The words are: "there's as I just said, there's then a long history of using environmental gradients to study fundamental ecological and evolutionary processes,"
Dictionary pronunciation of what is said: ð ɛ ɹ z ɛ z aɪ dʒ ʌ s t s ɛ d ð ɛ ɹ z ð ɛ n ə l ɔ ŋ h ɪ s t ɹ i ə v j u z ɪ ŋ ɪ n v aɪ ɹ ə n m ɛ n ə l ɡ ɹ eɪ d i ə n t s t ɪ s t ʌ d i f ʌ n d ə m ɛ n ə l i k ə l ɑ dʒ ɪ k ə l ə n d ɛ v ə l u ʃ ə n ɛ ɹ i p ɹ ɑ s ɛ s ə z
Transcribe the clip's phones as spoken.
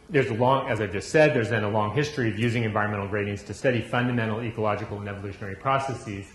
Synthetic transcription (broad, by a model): ð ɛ ɹ z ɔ z aɪ dʒ ʌ s t s ɛ d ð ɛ ɹ z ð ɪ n ə l ɔ ŋ h ɪ s t ɹ i ə v j u z ɪ ŋ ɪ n v aɪ ɹ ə n m ɛ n l ɡ ɹ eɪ d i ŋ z t ɪ s t ʌ d i f ʌ n d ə m ɛ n l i k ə l ɑ dʒ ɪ k l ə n ɛ v ə l u ʃ ə n ɛ ɹ i p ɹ ɑ s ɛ s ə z